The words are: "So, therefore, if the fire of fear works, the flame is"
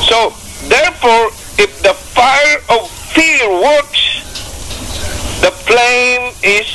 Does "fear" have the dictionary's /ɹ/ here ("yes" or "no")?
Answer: no